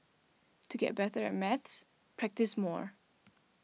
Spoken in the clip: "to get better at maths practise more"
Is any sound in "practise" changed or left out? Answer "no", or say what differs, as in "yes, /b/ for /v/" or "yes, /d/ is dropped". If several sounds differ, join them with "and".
no